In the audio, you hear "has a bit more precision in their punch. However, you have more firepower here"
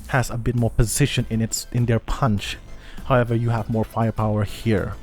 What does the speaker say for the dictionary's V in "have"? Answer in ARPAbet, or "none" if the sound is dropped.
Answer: V